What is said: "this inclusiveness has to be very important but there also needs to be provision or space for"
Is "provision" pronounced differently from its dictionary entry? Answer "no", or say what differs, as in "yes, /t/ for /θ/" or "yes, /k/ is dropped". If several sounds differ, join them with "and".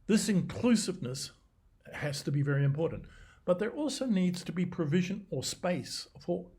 no